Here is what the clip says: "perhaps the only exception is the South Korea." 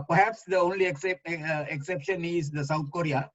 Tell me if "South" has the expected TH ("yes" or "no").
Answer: no